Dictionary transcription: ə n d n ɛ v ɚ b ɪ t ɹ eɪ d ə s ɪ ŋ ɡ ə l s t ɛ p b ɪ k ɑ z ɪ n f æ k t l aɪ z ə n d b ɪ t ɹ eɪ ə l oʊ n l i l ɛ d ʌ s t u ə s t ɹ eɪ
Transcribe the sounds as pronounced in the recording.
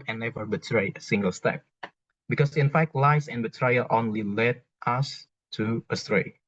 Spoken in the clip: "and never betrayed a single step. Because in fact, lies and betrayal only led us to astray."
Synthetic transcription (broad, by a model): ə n n ɛ v ɚ b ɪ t ɹ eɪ ə s ɪ ŋ ɡ ə l s t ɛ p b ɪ k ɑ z ɪ n f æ k t l aɪ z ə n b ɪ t ɹ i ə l oʊ n l i l ɛ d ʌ s t u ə s t ɹ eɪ